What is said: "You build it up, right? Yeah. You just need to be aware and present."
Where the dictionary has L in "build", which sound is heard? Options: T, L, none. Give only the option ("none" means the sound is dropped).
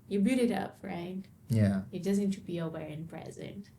none